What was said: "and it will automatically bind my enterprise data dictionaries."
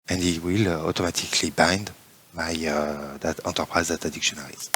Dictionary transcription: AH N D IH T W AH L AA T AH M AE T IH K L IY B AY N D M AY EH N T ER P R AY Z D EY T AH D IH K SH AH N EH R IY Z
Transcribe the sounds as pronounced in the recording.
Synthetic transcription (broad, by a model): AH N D IH T W AH L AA T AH M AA T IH K L IY B AY N D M AY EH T T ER P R AY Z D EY T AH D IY K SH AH N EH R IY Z